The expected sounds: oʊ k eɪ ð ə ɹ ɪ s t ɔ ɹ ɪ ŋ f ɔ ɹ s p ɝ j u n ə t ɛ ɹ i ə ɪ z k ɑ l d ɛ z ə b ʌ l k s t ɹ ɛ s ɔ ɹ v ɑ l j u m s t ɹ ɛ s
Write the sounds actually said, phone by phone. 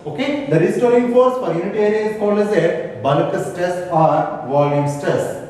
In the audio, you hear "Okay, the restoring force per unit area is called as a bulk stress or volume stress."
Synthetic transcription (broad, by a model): oʊ k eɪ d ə ɹ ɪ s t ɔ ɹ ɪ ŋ f ɔ ɹ s f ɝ j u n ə t ɛ ɹ i ə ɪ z k ɑ l d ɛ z ə b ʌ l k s t ɛ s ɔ ɹ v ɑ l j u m s t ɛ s